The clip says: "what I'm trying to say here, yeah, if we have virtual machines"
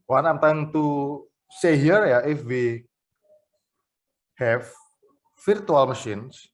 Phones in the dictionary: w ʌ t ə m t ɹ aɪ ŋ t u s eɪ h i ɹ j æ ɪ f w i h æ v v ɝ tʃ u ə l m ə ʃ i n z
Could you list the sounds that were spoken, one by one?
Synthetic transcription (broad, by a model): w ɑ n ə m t aɪ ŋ t u s eɪ h i ɹ j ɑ ɪ f w i h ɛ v f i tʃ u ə l m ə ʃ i n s